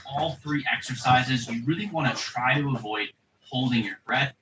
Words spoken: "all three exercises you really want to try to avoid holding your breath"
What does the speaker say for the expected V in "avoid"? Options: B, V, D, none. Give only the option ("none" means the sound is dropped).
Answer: V